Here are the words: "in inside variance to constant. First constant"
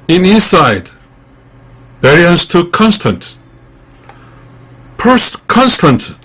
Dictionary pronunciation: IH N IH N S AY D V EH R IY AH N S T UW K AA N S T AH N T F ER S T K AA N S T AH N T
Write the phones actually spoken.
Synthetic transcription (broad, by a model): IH N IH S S AY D B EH R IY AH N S T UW K AA N S T AH N T P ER S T K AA N S T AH N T